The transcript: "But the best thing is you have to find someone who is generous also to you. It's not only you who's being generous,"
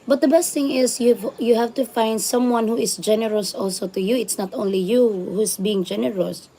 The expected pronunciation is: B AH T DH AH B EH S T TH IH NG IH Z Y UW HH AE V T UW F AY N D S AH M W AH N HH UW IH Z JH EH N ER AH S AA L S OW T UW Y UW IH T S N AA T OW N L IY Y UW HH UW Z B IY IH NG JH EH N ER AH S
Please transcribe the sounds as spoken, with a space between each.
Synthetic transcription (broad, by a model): B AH T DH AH B EH S T TH IH NG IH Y Y UW HH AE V T UW F AY N D S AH M W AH N HH UW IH S JH EH N ER AH S AA L S OW T UW Y UW IH T S N AA T OW N L IY Y UW HH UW S B IY IH NG JH EH N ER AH S